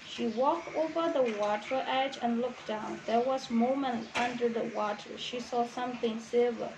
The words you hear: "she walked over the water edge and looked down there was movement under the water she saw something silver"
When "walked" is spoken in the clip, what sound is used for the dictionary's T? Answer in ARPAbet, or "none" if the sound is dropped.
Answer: T